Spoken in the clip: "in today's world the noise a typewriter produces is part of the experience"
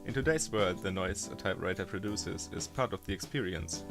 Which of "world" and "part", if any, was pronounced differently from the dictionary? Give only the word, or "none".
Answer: world